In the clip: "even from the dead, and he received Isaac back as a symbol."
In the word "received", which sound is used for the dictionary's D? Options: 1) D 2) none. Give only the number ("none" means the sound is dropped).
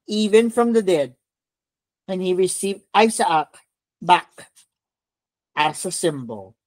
1